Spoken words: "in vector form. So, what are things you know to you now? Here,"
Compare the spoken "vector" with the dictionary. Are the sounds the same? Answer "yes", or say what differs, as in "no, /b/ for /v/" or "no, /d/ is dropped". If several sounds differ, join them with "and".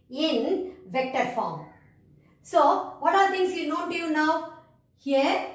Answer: yes